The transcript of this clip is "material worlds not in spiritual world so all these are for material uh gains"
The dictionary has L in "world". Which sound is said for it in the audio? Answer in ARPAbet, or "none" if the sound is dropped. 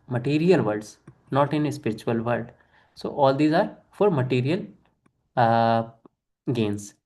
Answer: none